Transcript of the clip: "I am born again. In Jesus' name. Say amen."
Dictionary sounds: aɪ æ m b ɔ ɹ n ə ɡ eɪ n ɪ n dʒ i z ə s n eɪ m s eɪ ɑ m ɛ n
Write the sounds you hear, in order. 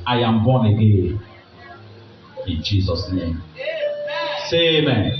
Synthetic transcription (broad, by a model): aɪ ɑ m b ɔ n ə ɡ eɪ ɪ n dʒ i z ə s n eɪ m s eɪ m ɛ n